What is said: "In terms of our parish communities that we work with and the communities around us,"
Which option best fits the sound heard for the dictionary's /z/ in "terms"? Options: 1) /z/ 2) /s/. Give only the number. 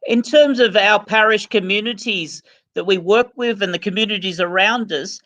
1